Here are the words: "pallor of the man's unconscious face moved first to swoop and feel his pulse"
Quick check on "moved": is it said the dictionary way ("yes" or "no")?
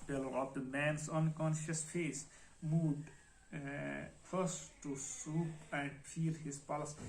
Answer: no